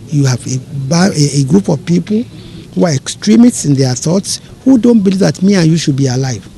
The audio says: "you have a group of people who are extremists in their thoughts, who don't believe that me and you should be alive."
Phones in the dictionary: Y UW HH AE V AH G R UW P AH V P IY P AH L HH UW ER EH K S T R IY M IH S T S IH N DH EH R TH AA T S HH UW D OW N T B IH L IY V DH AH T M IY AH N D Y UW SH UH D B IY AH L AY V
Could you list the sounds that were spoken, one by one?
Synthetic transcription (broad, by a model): Y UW HH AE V AH G R UW P AH V P IY P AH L HH UW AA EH K S T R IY M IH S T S IH N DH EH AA TH AA T S HH UW D OW N T B IH L IY V DH AH T M IY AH N Y UW SH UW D B IY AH L AY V